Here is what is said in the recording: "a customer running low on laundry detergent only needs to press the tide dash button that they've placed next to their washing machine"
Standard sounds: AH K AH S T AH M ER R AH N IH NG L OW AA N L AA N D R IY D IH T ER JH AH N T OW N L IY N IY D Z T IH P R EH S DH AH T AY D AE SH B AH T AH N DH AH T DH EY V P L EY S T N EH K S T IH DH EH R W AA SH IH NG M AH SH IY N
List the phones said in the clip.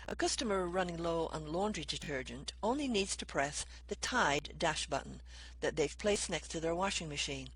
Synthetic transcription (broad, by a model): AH K AH S T AH M ER R AH N IH NG L OW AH N L AA N D R IY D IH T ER JH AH N T OW N L IY N IY D Z T IH P R EH S DH AH T AY D AE SH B AH T N DH AH T DH EY V P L EY S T N EH K S T IH DH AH R W AA SH IH NG M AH SH IY N